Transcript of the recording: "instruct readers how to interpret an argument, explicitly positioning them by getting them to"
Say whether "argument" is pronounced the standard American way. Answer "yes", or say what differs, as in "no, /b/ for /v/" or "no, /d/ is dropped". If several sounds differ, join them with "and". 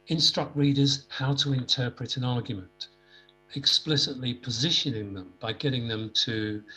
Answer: yes